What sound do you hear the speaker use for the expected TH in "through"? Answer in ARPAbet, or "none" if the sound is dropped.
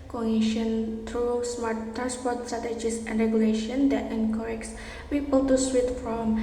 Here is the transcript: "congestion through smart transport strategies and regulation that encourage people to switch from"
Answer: T